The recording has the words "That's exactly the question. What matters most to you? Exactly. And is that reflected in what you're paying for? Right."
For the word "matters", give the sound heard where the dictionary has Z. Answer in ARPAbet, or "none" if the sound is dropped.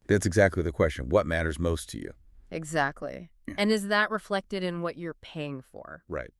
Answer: Z